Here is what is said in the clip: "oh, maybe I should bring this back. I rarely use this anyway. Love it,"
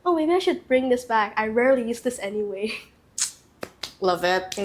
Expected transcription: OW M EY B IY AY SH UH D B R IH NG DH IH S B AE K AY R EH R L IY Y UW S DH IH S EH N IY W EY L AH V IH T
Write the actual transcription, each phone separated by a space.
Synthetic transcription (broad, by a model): OW M EY B IY AY SH UH D B R IH NG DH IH S B AE K AY R EH R L IY Y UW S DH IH S EH N IY W EY L AH V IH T